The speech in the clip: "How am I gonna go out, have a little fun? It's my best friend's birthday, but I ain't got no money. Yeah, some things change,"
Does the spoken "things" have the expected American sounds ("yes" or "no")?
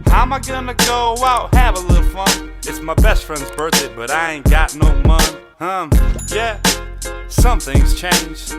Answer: yes